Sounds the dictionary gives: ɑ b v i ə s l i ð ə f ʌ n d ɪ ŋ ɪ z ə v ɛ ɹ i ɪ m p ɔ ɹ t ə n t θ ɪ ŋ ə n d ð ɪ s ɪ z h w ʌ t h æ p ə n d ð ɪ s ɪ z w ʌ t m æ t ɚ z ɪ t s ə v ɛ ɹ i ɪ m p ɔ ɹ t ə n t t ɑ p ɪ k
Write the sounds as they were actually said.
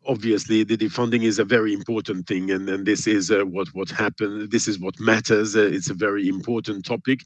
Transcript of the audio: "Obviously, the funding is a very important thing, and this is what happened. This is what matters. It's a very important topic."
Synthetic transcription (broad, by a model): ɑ b v i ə s l i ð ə f ʌ n d ɪ ŋ ɪ z ə v ɛ ɹ i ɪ m p ɔ ɹ t n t θ ɪ ŋ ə n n ð ɪ s ɪ z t w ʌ t h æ p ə n ð ɪ s ɪ z w ʌ t m æ t ɚ z ɪ t s ə v ɛ ɹ i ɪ m p ɔ ɹ t n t t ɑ p ɪ k